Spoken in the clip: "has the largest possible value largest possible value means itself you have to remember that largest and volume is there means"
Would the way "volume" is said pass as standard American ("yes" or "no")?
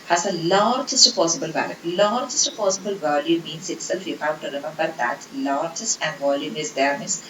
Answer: yes